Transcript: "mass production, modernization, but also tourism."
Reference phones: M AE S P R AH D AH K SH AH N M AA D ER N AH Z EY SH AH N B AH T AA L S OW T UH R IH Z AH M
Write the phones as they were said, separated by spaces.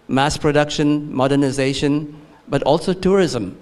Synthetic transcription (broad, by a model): M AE S P R AH D AH K SH AH N M AA D ER N AH Z EY SH AH N B AH T AA L S OW T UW R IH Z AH M